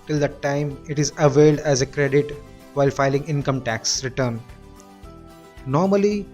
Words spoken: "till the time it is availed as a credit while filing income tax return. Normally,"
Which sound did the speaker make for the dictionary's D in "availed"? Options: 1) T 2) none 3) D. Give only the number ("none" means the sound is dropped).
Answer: 3